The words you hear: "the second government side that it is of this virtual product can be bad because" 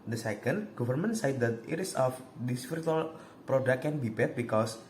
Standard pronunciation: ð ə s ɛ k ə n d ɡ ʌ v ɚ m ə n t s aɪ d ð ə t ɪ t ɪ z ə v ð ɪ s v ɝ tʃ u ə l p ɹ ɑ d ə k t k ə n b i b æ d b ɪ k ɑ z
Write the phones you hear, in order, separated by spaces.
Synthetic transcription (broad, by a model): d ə s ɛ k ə n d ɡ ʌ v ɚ m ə n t s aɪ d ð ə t ɪ t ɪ s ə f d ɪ s p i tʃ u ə l p ɹ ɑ d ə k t k ə n b i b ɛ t b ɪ k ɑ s